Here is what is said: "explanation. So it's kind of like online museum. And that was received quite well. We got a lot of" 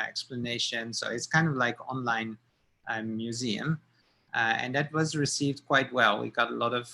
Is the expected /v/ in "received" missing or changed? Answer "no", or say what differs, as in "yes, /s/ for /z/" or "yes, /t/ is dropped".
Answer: no